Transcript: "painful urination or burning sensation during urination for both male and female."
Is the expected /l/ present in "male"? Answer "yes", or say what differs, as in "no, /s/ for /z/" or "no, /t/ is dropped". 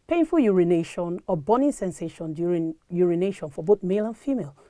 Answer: yes